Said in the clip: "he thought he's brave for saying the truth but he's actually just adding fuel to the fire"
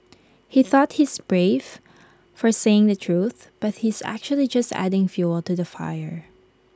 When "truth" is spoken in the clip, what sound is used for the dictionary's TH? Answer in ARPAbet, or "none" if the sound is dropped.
TH